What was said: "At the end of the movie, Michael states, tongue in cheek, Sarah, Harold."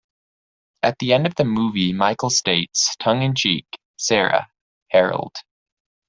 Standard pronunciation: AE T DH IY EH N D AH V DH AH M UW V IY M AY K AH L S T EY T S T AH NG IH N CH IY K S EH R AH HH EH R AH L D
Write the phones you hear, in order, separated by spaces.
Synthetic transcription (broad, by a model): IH T DH IY EH N D AH V DH AH M UW V IY M AY K L S T EY T S T AH NG IH N CH IY K S EH R AH HH EH R L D